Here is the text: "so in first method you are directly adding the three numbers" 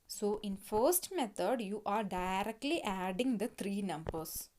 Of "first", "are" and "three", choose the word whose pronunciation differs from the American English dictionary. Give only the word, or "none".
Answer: three